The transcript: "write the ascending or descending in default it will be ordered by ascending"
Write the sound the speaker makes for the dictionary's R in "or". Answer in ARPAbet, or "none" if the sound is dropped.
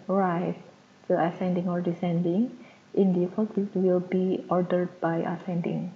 R